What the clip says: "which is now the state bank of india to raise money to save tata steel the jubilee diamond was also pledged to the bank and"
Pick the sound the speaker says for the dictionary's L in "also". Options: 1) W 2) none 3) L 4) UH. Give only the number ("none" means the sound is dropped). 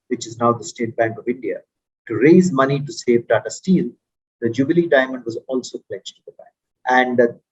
3